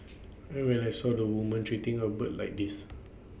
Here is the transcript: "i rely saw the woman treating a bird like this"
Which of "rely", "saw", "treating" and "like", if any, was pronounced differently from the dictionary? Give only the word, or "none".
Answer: rely